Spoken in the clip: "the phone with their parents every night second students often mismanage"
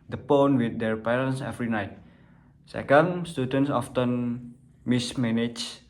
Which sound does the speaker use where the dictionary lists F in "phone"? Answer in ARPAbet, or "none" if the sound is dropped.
P